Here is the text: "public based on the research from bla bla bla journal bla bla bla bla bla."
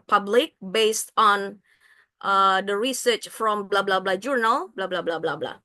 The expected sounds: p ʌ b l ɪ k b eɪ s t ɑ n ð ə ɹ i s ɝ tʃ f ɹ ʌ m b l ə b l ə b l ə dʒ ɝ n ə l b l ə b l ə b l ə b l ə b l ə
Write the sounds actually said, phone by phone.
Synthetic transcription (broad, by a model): p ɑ b l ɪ k b eɪ s t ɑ n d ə ɹ i s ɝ tʃ f ɹ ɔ m b l ə b l ə b l ə dʒ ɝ n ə l b l ə b l ə b l ə b l ə b l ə